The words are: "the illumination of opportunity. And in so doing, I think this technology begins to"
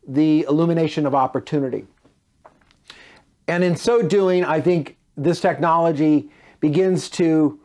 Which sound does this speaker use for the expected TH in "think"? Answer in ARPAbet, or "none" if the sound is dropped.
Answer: TH